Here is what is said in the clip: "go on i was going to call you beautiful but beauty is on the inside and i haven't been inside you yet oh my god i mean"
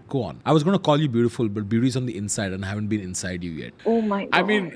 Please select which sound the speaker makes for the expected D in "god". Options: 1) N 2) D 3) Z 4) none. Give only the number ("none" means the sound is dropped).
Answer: 4